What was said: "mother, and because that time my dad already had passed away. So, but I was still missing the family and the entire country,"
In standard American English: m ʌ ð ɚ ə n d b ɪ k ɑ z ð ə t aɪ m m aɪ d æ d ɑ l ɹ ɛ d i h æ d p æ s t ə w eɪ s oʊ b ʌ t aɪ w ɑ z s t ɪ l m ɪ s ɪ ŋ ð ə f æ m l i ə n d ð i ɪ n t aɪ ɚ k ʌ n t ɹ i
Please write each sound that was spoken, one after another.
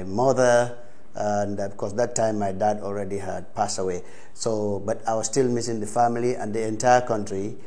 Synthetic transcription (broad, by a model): m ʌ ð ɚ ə n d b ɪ k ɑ s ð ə t aɪ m m aɪ d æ d ɑ l ɹ ɛ d i h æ d p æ s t ə w eɪ s oʊ b ʌ t aɪ w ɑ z s t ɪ l m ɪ s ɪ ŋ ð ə f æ m l i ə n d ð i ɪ n t aɪ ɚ k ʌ n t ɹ i